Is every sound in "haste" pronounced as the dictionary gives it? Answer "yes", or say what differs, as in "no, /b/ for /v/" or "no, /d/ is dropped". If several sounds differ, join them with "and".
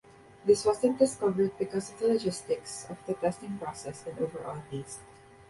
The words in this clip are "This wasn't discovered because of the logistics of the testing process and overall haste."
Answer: no, /t/ is dropped